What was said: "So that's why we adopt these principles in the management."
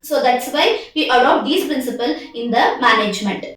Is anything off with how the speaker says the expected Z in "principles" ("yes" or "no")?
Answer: yes